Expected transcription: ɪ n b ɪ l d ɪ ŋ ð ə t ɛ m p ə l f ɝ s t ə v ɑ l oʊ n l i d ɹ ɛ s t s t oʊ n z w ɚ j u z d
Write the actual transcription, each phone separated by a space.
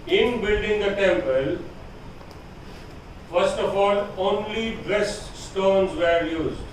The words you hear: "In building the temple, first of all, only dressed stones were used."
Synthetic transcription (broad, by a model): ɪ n b ɪ l d ɪ ŋ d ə t ɛ m p ə l f ɝ s t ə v ɑ l oʊ n l i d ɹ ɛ s t s t oʊ n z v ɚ j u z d